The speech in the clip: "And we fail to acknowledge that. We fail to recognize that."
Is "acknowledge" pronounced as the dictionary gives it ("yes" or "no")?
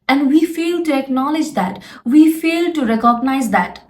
yes